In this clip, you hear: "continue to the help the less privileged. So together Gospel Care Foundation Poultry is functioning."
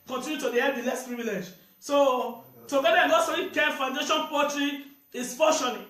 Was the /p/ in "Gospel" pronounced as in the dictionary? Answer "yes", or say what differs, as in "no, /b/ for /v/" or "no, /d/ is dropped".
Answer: no, /p/ is dropped